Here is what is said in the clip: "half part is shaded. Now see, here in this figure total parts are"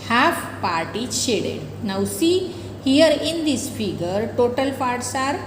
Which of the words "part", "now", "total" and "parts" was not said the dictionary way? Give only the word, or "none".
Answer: parts